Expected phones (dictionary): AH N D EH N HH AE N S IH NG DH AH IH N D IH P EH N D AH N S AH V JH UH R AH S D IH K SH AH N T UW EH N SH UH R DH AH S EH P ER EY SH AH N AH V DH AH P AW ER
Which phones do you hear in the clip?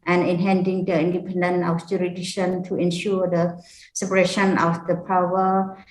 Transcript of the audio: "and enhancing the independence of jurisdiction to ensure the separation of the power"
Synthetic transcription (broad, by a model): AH N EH N HH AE N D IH NG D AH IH N D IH P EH N D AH N AH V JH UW R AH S D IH K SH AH N T UW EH N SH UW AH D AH S EH P ER EY SH AH N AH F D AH P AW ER